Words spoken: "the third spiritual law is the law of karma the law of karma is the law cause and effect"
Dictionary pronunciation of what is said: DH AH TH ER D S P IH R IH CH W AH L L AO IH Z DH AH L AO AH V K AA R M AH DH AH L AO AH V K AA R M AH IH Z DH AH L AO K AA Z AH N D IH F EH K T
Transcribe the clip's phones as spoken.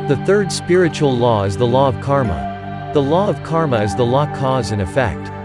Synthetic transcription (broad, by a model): DH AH TH ER D S P IH R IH CH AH L L AO IH Z DH AH L AO AH V K AA R M AH DH AH L AO AH V K AA R M AH IH Z DH AH L AO K AA Z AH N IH F EH K T